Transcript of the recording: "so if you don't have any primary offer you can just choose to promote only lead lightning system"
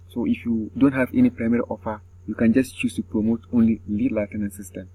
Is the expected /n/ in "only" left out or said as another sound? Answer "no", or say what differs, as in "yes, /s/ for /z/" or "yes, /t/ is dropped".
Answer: no